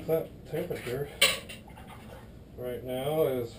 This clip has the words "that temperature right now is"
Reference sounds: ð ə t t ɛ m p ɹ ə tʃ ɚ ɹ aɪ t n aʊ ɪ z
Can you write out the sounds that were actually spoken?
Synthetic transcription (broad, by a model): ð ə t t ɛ p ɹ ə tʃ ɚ ɹ aɪ t n aʊ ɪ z